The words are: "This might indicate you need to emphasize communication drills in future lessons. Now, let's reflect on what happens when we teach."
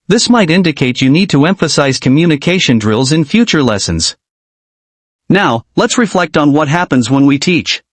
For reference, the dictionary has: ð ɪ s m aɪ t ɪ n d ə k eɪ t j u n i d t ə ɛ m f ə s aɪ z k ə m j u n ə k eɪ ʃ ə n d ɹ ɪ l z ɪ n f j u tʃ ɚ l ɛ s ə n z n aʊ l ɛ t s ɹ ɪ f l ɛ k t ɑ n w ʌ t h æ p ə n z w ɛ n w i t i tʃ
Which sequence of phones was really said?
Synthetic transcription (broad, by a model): ð ɪ s m aɪ t ɪ n d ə k eɪ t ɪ n i d t ə ɛ m f ə s aɪ z k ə m j u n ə k eɪ ʃ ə n d ɹ ɪ l z ɪ n f j u tʃ ɚ l ɛ s ə n z n aʊ l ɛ t s ɹ ɪ f l ɛ k t n w ʌ t h æ p ə n z w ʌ n w i t i tʃ